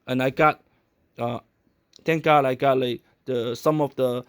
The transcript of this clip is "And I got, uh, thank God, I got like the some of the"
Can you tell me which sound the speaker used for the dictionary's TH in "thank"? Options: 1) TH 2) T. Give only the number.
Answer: 2